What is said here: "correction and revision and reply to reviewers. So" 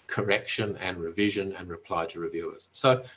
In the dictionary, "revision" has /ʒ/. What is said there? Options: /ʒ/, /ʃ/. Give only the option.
/ʒ/